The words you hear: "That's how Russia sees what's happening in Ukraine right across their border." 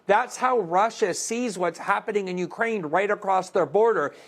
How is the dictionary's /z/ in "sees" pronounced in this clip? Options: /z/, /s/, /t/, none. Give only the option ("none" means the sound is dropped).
/z/